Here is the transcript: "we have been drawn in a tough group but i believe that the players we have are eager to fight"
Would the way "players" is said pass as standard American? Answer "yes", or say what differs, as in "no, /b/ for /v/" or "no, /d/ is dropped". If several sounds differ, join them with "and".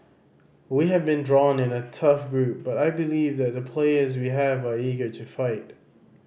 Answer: yes